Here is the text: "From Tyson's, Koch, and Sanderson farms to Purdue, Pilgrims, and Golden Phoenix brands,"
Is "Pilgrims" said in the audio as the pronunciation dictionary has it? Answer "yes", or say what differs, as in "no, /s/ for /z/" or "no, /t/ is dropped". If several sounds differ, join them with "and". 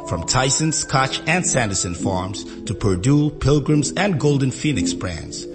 yes